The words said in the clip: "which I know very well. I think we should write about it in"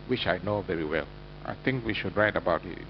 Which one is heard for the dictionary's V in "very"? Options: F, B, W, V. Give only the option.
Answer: V